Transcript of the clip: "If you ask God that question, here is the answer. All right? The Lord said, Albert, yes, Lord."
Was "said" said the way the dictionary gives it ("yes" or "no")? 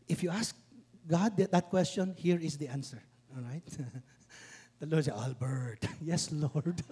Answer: no